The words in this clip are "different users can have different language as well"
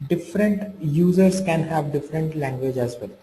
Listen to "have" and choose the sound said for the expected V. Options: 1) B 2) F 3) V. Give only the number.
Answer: 3